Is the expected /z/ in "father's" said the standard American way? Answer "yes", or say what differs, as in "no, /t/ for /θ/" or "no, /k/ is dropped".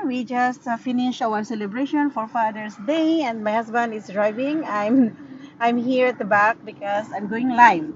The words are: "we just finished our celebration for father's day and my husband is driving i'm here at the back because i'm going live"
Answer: no, /s/ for /z/